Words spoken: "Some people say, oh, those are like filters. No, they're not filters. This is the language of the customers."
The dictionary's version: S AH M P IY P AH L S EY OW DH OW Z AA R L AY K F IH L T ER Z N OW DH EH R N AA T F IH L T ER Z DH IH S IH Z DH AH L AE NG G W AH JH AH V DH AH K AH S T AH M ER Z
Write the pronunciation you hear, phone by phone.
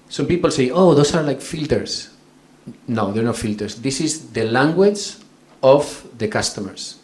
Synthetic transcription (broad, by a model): S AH M P IY P AH L S EY OW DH OW S AA R L AY K F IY L T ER S N OW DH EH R N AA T F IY L T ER S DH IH S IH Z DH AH L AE NG G W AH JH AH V DH AH K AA S T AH M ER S